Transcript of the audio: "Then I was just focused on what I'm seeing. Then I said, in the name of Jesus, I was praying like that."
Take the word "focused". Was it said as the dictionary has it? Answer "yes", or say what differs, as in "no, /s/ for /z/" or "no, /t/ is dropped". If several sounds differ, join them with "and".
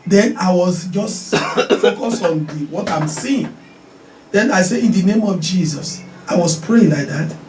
no, /t/ is dropped